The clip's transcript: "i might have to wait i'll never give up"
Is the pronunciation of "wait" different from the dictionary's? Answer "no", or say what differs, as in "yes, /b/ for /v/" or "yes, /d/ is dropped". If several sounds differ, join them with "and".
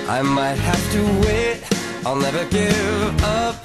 no